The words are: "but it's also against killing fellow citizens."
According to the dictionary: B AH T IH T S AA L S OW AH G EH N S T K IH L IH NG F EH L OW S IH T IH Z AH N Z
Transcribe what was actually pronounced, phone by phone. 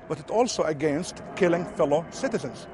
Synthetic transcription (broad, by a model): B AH T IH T AA L S OW AH G EH N S T K IH L IH NG F EH L OW S IH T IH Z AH N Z